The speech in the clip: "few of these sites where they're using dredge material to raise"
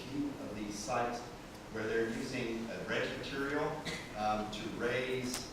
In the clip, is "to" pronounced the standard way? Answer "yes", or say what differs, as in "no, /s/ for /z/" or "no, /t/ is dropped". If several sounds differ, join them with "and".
yes